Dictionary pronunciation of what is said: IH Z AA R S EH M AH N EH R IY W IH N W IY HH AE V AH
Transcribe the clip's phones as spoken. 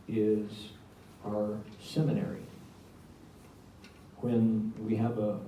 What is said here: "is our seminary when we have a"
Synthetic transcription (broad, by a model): IH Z AA R S EH M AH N EH R IY W IH N W IY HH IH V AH